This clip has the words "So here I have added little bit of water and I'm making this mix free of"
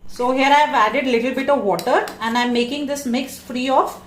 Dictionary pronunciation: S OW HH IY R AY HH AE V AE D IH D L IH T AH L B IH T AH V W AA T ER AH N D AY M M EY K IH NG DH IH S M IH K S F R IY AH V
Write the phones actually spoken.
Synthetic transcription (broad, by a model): S OW HH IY R AY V AE D IH D L IH T AH L B IH T AH V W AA T ER AH N D AY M M EY K IH NG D IH S M IH K S F R IY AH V